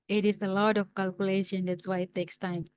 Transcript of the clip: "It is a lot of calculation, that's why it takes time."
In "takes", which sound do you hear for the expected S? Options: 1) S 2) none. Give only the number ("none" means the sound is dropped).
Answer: 1